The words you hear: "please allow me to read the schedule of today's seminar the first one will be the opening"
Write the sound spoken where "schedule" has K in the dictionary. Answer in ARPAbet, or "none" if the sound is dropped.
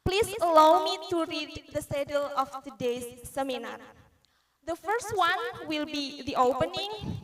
none